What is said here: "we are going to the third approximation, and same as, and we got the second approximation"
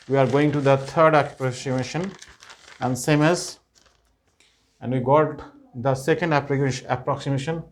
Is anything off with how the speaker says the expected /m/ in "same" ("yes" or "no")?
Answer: no